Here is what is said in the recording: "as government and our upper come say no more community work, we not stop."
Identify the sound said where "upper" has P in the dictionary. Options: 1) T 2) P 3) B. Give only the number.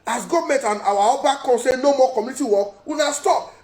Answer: 3